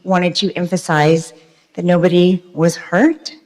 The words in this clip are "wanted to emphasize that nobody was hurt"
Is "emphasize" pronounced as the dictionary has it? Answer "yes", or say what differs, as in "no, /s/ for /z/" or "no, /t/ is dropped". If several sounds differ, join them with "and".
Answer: yes